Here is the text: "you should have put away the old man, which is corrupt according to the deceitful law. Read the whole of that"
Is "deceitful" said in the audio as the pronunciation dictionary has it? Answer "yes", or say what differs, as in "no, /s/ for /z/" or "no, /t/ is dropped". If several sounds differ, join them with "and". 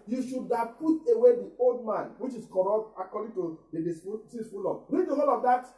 no, /s/ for /t/